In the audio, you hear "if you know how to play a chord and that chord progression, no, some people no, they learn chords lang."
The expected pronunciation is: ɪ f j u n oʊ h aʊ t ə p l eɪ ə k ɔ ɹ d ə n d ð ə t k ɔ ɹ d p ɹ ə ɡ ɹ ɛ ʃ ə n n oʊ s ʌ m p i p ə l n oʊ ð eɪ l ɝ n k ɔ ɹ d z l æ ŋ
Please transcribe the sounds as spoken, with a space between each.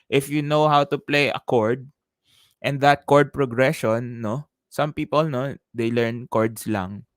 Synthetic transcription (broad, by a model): ɪ f j u n oʊ h aʊ t ə p l eɪ ə k ɔ ɹ d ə n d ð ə t k ɔ ɹ d p ɹ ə ɡ ɹ ɛ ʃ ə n n oʊ s ʌ m p i p ə l n oʊ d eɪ l ɝ n k ɔ ɹ d s l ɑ ŋ